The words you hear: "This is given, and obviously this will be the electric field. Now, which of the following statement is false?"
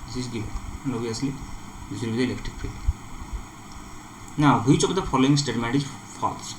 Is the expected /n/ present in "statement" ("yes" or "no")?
no